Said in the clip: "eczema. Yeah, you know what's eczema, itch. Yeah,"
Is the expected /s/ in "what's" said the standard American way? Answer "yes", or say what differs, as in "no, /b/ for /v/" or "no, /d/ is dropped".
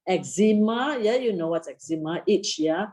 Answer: no, /s/ is dropped